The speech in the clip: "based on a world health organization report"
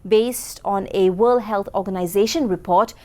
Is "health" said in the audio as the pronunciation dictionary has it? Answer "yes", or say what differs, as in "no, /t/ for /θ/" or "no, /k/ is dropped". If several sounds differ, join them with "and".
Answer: no, /t/ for /θ/